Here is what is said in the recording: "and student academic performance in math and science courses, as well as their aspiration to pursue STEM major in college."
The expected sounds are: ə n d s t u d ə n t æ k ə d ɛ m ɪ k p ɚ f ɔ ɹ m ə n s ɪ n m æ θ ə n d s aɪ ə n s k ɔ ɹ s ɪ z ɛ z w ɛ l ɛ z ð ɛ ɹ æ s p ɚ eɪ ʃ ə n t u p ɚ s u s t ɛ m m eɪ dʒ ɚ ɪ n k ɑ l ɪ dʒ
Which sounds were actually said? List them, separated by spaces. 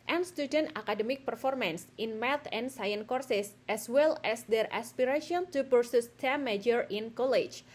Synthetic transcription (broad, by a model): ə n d s t u d ə n t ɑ k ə d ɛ m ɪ k p ɚ f ɔ ɹ m ə n s ɪ n m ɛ t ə n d s aɪ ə n k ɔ ɹ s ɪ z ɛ s w ɛ l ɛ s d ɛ ɹ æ s p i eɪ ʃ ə n t u p ɚ s u s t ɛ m m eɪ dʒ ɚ ɪ n k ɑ l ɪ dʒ